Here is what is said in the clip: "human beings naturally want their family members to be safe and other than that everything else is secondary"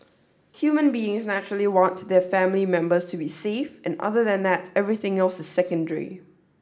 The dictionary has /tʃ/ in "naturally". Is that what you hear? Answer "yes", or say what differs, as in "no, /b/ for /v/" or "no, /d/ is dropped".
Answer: yes